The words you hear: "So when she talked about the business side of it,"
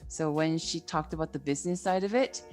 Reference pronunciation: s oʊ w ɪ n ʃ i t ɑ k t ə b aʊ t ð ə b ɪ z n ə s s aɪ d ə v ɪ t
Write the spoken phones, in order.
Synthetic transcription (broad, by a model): s oʊ w ɪ n ʃ i t ɑ k t ə b aʊ t ð ə b ɪ z n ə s s aɪ d ə v ɪ t